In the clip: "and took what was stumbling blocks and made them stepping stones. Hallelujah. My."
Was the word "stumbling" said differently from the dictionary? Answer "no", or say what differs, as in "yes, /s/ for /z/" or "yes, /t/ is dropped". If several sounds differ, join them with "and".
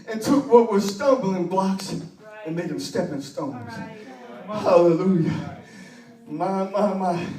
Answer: no